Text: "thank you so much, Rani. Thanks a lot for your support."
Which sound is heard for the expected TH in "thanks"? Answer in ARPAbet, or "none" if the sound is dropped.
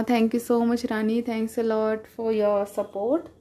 T